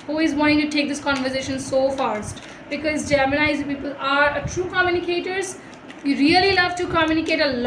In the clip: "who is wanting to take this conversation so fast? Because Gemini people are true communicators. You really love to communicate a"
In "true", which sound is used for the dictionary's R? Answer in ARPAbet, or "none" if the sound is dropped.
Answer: R